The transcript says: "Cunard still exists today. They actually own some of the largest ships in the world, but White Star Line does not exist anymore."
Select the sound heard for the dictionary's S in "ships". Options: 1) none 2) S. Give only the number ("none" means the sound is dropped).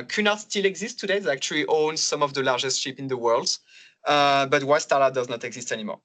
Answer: 1